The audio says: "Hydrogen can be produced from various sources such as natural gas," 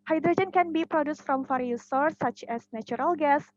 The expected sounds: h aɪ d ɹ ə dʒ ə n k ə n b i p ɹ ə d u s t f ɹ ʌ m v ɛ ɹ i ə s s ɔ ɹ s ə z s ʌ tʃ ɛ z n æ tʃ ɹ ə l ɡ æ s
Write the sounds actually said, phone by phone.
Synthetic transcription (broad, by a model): h aɪ d ɹ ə dʒ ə n k ə n b i p ɹ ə d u s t f ɹ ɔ m f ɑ ɹ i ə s s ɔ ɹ s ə tʃ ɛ s n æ tʃ ɹ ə l ɡ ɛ s